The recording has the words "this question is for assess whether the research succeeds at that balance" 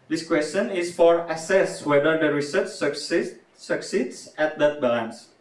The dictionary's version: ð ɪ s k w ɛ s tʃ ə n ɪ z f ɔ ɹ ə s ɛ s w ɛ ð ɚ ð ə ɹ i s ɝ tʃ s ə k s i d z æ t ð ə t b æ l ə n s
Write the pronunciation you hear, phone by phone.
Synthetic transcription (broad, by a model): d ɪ s k w ɛ s tʃ ə n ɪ s f ɔ ɹ ə s ɛ s w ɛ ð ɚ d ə ɹ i s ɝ tʃ s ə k s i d s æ t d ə t b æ l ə n s